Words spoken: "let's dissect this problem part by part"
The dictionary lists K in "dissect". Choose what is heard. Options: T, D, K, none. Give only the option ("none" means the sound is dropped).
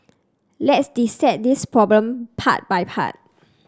none